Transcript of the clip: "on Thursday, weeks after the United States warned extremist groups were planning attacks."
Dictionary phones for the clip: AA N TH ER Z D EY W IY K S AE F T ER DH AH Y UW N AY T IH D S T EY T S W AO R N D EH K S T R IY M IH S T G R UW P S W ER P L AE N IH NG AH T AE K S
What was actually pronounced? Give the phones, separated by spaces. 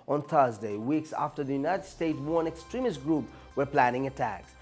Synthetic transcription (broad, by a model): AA N TH ER Z D EY W IY K S AE F T ER DH AH Y UW N AY T IH D S T EY T S W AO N EH K S T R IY M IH S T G R UW P W ER P L AE N IH NG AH T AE K S